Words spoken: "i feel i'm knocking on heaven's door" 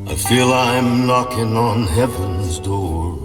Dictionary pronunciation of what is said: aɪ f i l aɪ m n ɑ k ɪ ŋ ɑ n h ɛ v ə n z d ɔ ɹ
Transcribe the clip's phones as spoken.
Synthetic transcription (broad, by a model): aɪ f i l aɪ m n ɑ k ɪ ŋ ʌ n h ɛ v ə n z d ɔ ɹ